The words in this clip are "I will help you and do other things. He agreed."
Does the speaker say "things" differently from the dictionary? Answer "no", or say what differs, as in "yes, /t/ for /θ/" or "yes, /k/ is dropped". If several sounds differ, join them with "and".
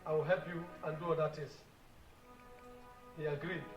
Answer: yes, /t/ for /θ/ and /ŋ/ is dropped